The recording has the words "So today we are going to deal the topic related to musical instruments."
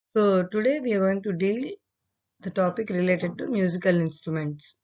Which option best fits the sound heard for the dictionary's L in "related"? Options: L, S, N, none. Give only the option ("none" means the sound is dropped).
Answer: L